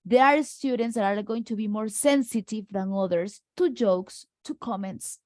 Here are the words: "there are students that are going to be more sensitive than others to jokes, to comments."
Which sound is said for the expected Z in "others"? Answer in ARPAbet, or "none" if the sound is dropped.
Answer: S